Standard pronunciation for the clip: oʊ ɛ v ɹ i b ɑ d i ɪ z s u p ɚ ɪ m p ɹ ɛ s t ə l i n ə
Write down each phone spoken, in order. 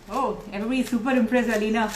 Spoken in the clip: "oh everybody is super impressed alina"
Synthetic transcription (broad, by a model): oʊ ɛ v ɹ i b ɑ d i s u p ɚ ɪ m p ɹ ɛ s ə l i n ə